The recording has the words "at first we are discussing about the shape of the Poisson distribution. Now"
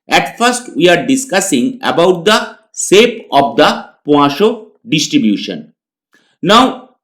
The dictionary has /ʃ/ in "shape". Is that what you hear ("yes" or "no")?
no